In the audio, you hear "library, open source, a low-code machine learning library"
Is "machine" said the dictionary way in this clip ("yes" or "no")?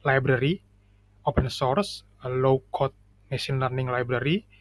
no